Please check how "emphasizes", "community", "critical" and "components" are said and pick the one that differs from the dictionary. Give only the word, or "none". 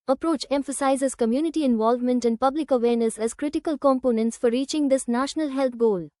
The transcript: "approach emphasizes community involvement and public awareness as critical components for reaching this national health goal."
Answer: none